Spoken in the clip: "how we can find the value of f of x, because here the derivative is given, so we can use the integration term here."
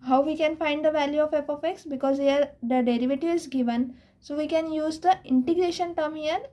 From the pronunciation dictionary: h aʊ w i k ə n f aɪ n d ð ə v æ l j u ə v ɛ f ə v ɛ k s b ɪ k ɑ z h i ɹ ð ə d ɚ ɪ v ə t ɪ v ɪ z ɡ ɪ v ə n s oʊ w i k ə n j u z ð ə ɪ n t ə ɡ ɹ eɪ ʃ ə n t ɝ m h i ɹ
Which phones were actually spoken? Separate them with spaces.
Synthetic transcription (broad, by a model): h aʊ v i k ə n f aɪ n d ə v æ l j u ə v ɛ p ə f ɛ k s b ɪ k ɑ z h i ɹ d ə d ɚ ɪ v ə t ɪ ɪ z ɡ ɪ v ə n s oʊ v i k ə n j u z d ə ɪ n t ə ɡ ɹ eɪ ʃ ə n t ɝ m h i ɹ